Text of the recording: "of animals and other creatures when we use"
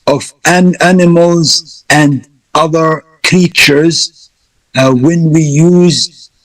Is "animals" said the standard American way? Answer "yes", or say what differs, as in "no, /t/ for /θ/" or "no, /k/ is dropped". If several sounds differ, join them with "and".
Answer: yes